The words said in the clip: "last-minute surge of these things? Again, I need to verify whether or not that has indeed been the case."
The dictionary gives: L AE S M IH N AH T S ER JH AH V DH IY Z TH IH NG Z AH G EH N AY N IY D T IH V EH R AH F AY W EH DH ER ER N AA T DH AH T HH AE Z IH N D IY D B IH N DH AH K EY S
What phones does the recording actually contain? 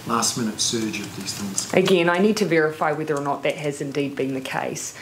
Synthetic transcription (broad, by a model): L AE S M IH N AH T S ER JH AH V DH IY Z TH IH NG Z AH G EH N AY N IY D T IH V EH R AH F AY W EH DH ER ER N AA T DH AH T HH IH Z IH N D IY D B IH N DH AH K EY S